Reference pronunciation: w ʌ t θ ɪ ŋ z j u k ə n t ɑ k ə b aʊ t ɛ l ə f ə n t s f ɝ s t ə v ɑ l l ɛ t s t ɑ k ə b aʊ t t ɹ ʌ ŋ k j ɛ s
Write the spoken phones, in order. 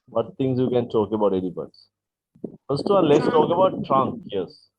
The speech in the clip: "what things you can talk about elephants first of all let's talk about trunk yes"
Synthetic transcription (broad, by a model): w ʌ t t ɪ ŋ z j u k ə n t ɑ k ə b aʊ t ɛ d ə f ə t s f ɝ s t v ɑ n l ɛ t s t ɑ k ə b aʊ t t ɹ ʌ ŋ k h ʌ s